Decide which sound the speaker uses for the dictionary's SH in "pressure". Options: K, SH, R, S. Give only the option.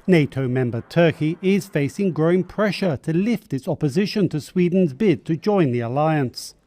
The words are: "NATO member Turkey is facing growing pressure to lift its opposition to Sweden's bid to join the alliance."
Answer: SH